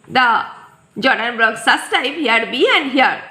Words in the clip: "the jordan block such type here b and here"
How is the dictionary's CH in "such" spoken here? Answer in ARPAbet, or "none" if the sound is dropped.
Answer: S